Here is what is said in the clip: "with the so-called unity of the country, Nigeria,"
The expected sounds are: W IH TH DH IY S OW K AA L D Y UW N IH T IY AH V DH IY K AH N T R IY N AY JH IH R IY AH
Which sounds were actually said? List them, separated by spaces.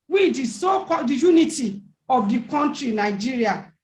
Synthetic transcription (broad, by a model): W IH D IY S OW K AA D Y UW N IH T IY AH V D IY K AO N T R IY N AY JH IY R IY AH